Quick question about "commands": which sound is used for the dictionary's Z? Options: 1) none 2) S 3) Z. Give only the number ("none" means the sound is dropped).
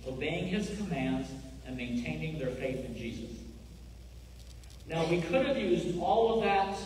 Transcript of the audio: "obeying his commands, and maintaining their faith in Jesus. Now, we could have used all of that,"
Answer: 3